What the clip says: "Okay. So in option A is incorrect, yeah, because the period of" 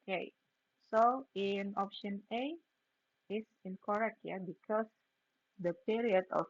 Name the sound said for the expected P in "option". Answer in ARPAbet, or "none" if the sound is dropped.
P